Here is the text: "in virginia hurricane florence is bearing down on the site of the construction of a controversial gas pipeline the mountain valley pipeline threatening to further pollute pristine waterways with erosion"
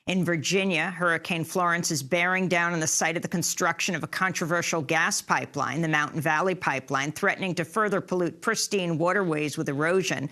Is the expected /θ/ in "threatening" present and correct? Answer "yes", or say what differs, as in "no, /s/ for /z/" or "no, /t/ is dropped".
yes